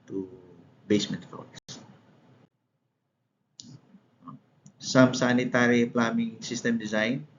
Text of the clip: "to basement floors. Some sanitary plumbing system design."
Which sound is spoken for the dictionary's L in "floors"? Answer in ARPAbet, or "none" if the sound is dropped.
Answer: none